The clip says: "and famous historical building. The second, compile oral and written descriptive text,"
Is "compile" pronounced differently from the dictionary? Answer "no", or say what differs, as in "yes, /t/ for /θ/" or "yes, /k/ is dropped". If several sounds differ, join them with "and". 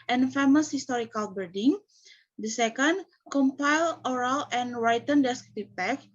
no